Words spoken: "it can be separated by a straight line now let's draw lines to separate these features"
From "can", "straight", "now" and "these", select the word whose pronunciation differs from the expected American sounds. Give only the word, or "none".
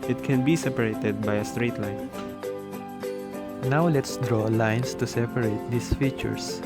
these